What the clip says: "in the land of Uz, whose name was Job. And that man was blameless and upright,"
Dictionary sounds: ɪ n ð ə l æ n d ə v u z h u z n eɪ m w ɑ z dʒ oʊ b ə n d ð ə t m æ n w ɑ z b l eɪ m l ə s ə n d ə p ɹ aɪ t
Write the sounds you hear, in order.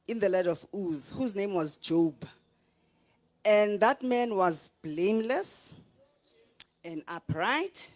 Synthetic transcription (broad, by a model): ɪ n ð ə l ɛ d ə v u z h u z n eɪ m w ɑ z dʒ oʊ b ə n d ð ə t m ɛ n w ɑ z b l eɪ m l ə s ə n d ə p ɹ aɪ t